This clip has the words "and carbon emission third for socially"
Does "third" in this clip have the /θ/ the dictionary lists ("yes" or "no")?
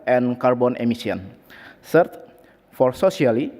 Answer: no